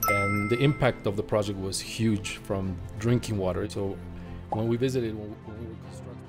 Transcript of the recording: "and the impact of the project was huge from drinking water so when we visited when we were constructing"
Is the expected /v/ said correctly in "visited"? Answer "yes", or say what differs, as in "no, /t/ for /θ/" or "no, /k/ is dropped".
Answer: yes